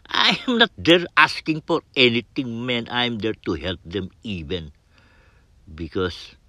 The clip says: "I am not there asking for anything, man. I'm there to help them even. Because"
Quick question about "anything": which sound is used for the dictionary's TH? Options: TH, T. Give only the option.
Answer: T